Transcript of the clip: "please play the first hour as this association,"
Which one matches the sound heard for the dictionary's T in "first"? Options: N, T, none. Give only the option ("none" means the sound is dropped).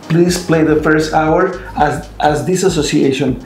T